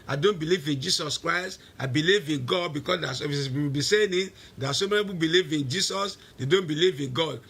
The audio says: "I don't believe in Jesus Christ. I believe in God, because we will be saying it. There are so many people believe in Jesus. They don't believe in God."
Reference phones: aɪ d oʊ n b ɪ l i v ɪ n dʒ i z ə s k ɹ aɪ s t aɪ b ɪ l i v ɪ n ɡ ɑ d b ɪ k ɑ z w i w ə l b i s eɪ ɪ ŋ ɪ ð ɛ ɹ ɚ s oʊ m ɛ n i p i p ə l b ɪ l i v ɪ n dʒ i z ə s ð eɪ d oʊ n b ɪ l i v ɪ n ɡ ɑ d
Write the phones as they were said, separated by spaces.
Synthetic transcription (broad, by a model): aɪ d oʊ n b ɪ l i v ɪ n dʒ i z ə s k ɹ aɪ s t aɪ b ɪ l i v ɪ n ɡ ɑ d b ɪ k ɑ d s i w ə w b i s eɪ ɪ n ɪ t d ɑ s oʊ m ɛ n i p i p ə b ɪ l i v ɪ n dʒ i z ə s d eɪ d oʊ n b ɪ l i v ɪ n ɡ ɑ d